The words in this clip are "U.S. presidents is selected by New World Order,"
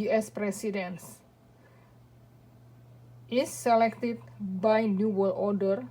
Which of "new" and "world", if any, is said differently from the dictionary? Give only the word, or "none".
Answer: world